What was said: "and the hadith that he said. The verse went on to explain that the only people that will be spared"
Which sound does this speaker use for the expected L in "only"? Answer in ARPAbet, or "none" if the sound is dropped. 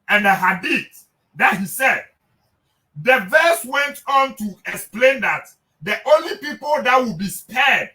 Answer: L